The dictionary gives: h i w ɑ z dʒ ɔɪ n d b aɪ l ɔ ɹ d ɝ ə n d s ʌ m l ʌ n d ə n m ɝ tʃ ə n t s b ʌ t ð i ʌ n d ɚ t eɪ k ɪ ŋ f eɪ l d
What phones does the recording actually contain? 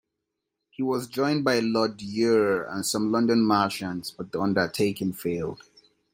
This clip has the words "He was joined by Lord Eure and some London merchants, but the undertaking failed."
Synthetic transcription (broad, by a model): h i w ɑ z dʒ ɔɪ n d b aɪ l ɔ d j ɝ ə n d s ʌ m l ʌ n d ə n m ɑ ʃ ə n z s b ʌ t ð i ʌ n d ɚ t eɪ k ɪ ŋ f eɪ l d